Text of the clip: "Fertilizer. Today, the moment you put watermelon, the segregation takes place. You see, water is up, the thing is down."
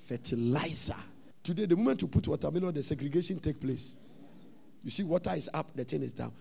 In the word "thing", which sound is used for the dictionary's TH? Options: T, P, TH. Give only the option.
T